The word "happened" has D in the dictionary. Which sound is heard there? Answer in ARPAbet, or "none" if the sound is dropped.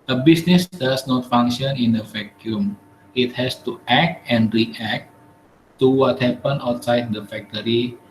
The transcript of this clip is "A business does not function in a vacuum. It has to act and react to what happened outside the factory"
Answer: none